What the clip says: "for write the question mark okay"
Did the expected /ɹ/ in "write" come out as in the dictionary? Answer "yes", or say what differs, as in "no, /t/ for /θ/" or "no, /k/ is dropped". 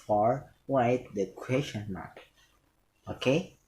no, /w/ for /ɹ/